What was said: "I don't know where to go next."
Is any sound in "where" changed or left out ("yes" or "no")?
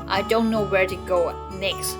no